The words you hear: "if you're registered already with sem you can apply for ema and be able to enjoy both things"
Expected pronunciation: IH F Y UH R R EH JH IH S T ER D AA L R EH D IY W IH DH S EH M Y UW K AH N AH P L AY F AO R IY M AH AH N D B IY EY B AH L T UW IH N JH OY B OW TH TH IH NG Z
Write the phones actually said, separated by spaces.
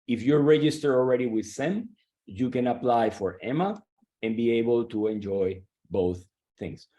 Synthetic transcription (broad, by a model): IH F Y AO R R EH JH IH S T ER AA L R EH D IY W IH DH S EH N Y UW K AH N AH P L AY F AO R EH M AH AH N B IY EY B AH L T UW IH N JH OY B OW TH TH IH NG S